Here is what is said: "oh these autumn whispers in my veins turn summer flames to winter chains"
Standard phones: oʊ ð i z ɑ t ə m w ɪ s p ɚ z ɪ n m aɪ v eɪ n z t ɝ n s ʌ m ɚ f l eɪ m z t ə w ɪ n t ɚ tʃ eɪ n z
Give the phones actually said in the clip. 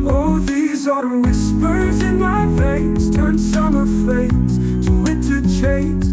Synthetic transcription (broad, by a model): oʊ ð i z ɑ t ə w ɪ s p ɚ z ɪ n m aɪ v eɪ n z t ɝ n s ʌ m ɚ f eɪ t ə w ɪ n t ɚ tʃ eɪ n